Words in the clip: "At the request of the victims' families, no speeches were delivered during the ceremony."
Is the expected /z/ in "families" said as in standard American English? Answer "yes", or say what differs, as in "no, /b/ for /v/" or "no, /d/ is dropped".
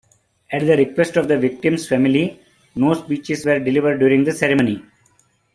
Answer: no, /z/ is dropped